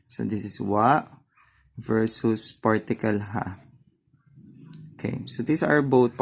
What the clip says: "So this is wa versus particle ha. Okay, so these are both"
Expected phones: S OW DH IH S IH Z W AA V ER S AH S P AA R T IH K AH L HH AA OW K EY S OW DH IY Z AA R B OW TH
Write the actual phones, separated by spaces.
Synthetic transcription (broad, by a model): S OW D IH S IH S W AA V ER S AH S P AA R T IH K AH L HH AA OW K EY S OW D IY S AA R B OW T